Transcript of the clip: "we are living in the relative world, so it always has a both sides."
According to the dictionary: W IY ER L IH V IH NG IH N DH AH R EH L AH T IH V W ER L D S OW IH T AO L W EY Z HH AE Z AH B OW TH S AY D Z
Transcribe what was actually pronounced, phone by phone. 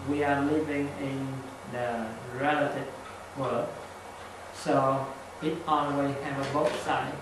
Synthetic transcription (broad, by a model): W IY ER L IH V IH NG IH N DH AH R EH L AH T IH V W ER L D S OW IH T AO N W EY HH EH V AH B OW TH S AY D